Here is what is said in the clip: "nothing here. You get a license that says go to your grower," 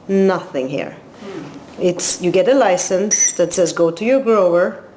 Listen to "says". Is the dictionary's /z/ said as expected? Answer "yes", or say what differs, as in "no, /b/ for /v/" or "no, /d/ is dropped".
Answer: yes